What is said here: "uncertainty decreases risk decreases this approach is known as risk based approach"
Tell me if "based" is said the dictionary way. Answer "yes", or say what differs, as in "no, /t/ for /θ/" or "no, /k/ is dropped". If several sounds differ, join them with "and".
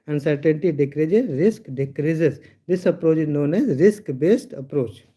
yes